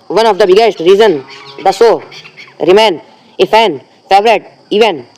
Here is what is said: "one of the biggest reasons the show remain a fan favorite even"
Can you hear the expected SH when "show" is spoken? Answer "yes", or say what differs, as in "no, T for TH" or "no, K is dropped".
no, S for SH